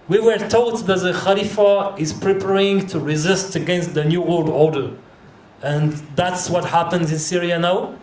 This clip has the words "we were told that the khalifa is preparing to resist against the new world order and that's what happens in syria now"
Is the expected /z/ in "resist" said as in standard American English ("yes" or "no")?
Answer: yes